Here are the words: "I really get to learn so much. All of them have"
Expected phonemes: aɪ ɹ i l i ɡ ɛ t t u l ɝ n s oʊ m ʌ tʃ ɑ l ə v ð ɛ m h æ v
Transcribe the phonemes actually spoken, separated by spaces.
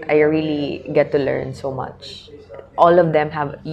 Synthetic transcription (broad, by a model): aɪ ɹ i l i ɡ ɛ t t u l ɝ n s oʊ m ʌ tʃ ɑ l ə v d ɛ m h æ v